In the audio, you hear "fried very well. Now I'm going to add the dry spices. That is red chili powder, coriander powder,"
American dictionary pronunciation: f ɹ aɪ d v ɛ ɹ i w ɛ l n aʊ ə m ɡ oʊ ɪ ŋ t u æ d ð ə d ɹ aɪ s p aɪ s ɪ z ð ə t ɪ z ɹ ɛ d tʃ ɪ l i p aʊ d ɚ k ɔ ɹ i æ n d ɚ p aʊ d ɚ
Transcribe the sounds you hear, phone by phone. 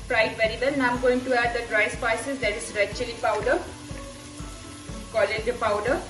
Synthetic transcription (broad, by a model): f ɹ aɪ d v ɛ ɹ i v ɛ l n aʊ ə m ɡ oʊ ɪ ŋ t u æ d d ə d ɹ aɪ s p aɪ s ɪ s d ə t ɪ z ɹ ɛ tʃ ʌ l i p aʊ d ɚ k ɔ l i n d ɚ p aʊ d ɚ